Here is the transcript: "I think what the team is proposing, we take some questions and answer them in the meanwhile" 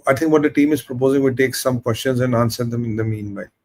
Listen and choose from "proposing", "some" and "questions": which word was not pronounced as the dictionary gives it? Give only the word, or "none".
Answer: none